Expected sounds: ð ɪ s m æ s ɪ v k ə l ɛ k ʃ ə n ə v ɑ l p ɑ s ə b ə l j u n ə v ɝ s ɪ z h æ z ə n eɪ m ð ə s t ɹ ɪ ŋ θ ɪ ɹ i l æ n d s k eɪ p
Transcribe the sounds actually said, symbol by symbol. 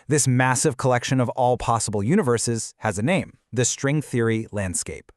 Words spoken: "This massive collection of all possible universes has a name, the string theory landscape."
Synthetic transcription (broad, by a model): ð ɪ s m æ s ɪ v k ə l ɛ k ʃ ə n ə v ɑ l p ɑ s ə b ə l j u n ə v ɝ s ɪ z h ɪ z ə n eɪ m ð ə s t ɹ ɪ ŋ θ ɪ ɹ i l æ n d s k eɪ p